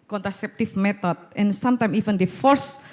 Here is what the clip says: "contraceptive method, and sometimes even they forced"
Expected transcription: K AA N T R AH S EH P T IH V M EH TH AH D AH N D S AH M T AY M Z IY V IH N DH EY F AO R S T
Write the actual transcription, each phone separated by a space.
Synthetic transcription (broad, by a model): K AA N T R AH S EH P T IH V M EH T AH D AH N S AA M T AY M IY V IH N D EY F AO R S